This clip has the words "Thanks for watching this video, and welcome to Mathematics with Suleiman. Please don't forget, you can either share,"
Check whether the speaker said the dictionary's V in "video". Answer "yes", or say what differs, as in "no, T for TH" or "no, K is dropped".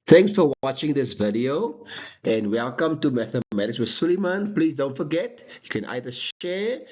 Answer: yes